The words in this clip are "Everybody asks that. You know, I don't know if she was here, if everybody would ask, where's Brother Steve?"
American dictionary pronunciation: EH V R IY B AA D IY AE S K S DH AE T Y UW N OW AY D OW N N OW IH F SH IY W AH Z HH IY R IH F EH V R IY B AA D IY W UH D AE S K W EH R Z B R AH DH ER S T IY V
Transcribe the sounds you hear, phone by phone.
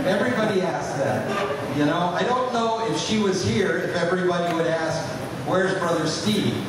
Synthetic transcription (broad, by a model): EH V R IY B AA D IY AE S S DH AE T Y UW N OW AY D OW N N OW IH F SH IY W AH Z HH IY R IH F EH V R IY B AA D IY W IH D AE S K W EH R Z B R AH DH ER S T IY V